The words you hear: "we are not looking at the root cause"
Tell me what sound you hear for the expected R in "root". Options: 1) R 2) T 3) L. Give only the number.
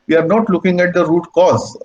1